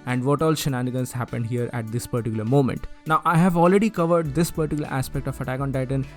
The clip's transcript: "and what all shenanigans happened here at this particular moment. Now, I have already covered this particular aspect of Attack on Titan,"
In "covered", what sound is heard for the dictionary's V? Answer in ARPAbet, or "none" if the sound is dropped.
V